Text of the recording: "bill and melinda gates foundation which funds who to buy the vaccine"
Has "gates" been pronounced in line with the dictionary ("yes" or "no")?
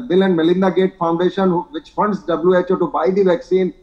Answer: no